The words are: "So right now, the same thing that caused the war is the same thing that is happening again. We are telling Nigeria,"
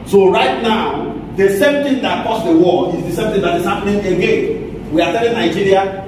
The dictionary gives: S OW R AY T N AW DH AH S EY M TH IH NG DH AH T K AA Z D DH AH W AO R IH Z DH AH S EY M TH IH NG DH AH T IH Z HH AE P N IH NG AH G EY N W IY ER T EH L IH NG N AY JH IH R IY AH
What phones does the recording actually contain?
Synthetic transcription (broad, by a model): S OW R AY T N AW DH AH S EY M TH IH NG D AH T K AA S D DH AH W AO L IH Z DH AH S EY M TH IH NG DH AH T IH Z HH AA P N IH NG AH G EY N W IY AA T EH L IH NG N AY JH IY R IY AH